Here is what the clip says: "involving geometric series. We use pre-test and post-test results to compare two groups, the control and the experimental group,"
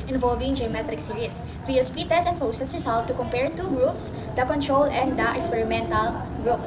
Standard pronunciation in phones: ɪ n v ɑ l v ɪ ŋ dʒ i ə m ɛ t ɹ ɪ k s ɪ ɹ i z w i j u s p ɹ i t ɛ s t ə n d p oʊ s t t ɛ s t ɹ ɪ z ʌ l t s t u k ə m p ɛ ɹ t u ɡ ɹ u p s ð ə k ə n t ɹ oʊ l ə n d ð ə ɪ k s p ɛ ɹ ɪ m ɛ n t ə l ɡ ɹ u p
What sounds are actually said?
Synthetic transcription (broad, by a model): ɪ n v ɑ l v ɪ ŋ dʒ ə m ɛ t ɹ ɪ k s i ɹ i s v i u s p i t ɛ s ə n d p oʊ s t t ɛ s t ɹ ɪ s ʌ l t t u k ə m p ɛ ɹ t u ɡ ɹ u p s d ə k ə n t ɹ oʊ l ə n d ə ɪ k s p ɛ ɹ ɪ m ɛ n t ə l ɡ ɹ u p